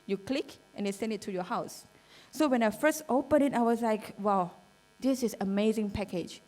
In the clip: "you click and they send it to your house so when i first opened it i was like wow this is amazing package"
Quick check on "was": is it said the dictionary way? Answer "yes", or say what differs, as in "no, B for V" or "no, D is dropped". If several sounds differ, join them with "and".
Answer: no, S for Z